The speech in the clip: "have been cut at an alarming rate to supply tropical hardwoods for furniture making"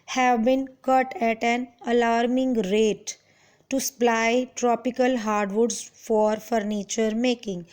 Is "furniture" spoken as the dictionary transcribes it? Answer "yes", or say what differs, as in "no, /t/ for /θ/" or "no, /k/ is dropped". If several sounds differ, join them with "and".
yes